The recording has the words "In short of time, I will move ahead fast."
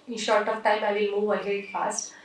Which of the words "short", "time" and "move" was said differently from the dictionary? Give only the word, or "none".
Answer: none